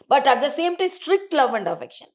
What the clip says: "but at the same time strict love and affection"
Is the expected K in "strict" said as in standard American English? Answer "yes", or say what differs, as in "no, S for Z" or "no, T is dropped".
yes